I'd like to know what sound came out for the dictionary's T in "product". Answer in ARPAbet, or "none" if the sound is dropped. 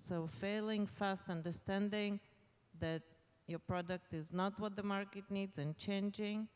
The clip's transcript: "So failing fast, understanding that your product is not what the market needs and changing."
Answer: T